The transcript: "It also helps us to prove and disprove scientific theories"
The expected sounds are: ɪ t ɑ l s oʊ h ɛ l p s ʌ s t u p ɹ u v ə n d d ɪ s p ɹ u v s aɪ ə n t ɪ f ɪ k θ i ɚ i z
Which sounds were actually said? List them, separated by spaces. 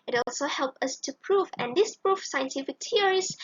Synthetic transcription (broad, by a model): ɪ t ɑ l s oʊ h ɛ l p ʌ s t u p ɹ u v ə n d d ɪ s p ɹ u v s aɪ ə n t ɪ f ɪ k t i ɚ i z